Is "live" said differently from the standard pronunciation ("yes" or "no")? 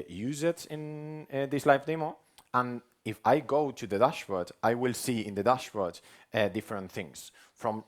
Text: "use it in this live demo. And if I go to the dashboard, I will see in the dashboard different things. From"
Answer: yes